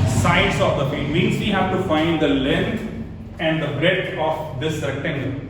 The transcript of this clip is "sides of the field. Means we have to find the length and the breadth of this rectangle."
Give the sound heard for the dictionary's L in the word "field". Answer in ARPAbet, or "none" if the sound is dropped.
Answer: none